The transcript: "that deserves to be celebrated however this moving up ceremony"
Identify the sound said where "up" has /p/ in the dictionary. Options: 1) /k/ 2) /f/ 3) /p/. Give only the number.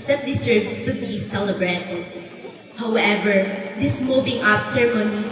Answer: 2